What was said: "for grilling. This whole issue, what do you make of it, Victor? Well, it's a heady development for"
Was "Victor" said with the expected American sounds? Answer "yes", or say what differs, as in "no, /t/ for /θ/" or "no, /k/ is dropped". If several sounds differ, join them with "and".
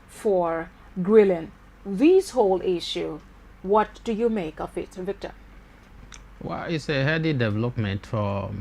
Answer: yes